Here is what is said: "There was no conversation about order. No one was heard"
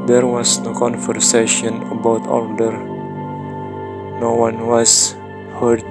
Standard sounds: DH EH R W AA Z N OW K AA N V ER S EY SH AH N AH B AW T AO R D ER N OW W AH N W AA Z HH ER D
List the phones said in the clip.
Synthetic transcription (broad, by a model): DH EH R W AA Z N OW K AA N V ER S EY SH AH N AH B AW T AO L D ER N OW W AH N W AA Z HH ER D